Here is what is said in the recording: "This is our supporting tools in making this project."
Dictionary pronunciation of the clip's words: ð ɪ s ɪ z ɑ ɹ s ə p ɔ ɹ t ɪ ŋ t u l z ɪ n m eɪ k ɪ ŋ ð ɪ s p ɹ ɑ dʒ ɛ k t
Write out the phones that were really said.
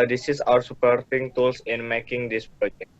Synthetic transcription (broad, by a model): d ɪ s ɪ s ɑ ɹ s ə p ɔ ɹ t ɪ ŋ t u l s ɪ n m eɪ k ɪ ŋ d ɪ s p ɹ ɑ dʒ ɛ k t